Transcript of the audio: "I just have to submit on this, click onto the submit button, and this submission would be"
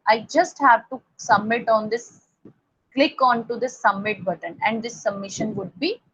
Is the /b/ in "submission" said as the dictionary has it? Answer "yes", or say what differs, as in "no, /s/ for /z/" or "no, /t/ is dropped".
yes